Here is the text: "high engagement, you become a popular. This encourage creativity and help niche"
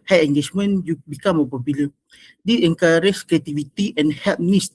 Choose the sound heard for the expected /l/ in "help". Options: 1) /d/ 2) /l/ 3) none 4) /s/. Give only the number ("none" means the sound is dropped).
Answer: 3